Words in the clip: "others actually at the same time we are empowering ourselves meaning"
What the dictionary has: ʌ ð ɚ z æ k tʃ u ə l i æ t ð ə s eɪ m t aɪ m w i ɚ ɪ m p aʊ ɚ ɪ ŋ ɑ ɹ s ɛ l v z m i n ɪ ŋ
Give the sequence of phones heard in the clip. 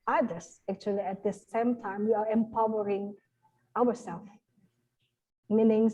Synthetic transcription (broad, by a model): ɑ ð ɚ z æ k tʃ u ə l i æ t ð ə s eɪ m t aɪ m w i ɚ ɪ m p aʊ ɚ ɪ ŋ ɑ w s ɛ l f m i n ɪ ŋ